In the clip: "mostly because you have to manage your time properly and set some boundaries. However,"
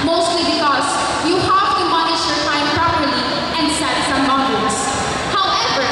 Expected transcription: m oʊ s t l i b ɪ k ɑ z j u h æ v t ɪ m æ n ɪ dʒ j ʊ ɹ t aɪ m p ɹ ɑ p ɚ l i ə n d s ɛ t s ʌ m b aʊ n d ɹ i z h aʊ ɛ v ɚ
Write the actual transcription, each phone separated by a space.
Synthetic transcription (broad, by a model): m oʊ s t l i b ɪ k ɑ z j u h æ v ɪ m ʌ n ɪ ʃ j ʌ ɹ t aɪ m p ɹ ɑ p ɚ l i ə n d s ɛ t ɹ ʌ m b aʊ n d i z h aʊ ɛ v ɚ